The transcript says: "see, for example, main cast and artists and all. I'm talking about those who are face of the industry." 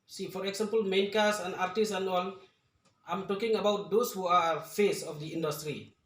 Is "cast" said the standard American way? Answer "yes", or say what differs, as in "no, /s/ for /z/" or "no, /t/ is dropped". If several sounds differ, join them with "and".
no, /t/ is dropped